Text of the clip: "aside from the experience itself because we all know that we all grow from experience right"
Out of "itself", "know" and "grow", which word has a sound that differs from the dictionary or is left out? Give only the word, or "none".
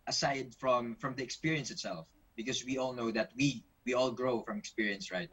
none